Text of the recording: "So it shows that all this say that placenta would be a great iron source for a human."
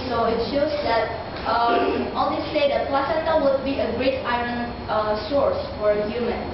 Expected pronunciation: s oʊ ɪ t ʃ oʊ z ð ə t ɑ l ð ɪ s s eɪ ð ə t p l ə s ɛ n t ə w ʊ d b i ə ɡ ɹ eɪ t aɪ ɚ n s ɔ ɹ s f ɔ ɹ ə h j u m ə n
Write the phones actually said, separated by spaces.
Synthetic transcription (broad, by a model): s oʊ ɪ t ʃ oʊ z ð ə t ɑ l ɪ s s eɪ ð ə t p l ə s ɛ t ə w ʊ d b i ə ɡ ɹ eɪ t aɪ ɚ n s ɔ ɹ s f ɔ ɹ ə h j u m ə n